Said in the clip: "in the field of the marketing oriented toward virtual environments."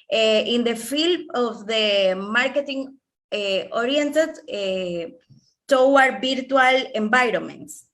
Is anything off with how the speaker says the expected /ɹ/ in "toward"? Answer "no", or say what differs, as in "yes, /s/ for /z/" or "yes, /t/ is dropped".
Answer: yes, /w/ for /ɹ/